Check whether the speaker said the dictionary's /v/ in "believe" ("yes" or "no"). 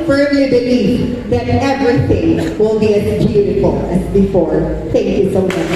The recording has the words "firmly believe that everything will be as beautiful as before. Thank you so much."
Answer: no